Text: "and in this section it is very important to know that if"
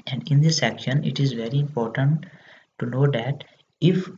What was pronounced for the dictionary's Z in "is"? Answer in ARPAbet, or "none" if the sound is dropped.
Z